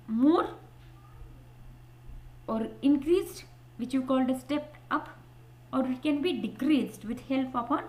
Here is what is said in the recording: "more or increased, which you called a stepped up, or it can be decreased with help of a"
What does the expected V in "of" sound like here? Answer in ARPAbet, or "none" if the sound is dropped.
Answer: P